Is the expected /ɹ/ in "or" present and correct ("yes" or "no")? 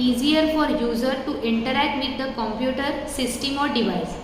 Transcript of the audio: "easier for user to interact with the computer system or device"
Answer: yes